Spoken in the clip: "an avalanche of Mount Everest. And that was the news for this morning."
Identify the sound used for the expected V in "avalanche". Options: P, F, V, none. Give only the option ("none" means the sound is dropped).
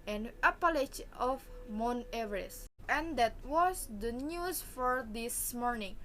P